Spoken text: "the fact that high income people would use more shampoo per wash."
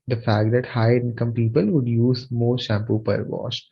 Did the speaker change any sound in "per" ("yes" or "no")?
no